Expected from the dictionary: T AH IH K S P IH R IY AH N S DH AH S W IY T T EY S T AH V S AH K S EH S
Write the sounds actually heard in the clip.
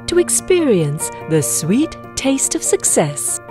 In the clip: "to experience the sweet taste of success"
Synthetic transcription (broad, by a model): T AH IH K S P IH R IY AH N S DH AH S W IY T T EY S T AH V S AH K S EH S